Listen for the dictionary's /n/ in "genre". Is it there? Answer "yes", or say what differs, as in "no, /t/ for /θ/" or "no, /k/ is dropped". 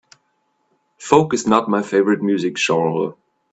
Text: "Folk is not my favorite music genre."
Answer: no, /n/ is dropped